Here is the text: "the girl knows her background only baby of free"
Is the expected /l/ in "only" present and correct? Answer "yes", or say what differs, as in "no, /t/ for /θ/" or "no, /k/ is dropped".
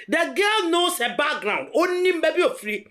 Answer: no, /n/ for /l/